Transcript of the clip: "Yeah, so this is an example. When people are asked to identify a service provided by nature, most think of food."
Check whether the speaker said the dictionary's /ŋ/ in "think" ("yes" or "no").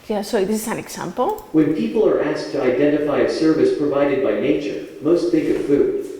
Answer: no